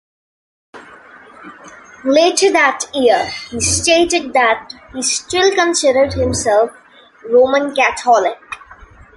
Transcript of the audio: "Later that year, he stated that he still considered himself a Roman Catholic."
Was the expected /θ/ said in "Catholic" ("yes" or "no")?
no